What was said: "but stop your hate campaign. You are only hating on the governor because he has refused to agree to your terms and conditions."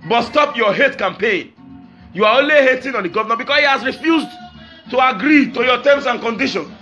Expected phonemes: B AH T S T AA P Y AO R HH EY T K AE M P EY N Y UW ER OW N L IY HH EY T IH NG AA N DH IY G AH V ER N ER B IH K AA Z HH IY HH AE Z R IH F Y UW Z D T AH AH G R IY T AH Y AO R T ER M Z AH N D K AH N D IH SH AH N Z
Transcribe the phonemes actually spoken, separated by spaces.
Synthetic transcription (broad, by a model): B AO T S T AA P Y AO HH EY T K AE M P EY N Y UW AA OW N L IY HH EY T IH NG AA N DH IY G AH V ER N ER B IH K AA S HH IY HH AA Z R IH F Y UW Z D T AH AH G R IY T AH Y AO T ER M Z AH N K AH N D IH SH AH N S